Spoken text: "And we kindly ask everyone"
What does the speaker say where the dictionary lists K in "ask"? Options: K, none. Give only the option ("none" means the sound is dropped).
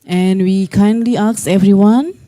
none